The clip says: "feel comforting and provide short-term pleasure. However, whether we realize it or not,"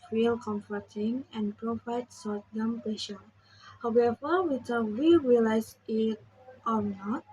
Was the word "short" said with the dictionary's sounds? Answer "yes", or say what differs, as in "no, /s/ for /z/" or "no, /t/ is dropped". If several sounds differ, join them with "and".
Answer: no, /s/ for /ʃ/